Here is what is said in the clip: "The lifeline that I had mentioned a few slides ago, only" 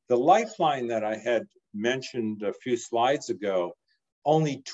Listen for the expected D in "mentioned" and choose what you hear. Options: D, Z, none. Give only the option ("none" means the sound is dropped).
D